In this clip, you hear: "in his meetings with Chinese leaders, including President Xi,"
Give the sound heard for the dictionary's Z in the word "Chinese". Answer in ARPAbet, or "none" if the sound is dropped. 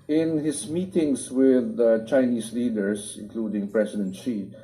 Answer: S